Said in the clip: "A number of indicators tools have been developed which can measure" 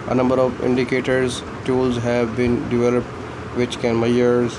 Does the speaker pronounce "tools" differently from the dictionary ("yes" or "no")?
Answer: no